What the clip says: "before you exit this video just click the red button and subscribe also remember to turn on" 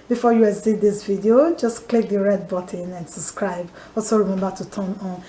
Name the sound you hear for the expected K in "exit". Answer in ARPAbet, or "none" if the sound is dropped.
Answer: none